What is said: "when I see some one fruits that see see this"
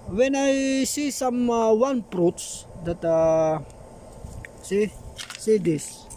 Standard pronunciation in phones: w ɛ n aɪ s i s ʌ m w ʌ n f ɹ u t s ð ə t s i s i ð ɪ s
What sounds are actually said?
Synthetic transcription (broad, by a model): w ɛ n aɪ s i s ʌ m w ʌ n p ɹ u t s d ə t s i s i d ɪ s